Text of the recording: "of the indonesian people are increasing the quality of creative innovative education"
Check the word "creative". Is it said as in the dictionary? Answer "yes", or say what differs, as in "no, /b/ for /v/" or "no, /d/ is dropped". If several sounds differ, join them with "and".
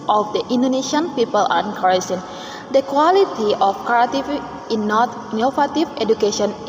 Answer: no, /ɹ/ is dropped